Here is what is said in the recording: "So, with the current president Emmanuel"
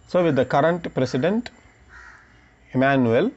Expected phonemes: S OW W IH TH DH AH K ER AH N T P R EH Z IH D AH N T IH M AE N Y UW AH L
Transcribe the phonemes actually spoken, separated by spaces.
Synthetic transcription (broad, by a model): S OW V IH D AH K ER AH N T P R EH S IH D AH N T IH M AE N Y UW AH L